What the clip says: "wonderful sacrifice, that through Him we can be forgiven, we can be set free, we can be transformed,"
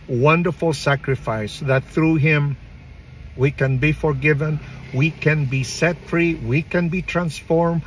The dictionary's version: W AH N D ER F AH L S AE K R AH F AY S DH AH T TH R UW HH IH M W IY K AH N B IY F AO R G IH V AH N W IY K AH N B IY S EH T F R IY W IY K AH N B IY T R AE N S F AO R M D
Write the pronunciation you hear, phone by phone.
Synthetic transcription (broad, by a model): W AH N D ER F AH L S AE K R AH F AY S DH AH T TH R UW HH IH M W IY K AH N B IY F AO R G IH V AH N W IY K AH N B IY S EH T F R IY W IY K AH N B IY T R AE N S F AO R M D